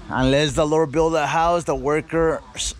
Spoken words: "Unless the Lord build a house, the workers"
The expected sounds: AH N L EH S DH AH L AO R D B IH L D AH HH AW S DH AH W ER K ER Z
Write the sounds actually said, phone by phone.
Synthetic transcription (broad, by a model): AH N L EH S DH AH L AO R D B IH L D AH HH AW S DH AH W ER K ER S